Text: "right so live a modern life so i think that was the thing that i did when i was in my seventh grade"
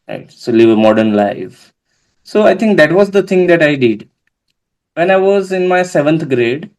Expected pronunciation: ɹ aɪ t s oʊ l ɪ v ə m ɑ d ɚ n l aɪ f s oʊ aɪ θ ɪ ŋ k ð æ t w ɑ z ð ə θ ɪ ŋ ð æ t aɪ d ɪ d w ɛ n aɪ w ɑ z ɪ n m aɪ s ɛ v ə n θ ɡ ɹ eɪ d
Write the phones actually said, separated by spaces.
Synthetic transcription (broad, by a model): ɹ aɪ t s oʊ l ɪ v ə m ɑ d ɚ n l aɪ f s oʊ aɪ t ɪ ŋ k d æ t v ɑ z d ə t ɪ ŋ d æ t aɪ d ɪ d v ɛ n aɪ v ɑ z ɪ n m aɪ s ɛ v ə n t ɡ ɹ eɪ d